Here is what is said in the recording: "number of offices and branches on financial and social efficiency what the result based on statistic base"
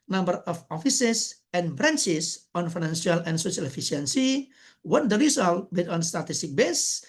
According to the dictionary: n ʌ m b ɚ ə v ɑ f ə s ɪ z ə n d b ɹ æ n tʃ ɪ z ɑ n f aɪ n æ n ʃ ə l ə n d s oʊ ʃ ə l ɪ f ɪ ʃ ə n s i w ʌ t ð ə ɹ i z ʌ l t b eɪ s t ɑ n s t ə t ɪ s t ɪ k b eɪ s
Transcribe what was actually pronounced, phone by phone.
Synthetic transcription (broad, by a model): n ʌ m b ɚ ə f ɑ f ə s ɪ s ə n b ɹ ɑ n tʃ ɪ s ɑ n f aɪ n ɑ n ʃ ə l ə n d s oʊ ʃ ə l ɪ f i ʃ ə n s i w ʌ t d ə ɹ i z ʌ l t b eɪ t ɑ n s t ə t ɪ s t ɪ k b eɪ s